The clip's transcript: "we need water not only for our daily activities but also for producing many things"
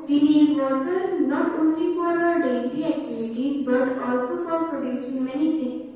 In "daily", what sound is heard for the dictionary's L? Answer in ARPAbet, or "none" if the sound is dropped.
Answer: N